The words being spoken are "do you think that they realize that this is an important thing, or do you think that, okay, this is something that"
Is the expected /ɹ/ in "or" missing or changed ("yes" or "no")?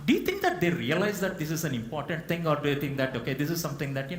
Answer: no